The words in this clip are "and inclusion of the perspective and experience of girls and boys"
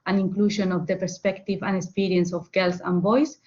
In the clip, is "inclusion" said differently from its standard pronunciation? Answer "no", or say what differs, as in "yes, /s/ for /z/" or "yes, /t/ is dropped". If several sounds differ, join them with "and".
yes, /ʃ/ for /ʒ/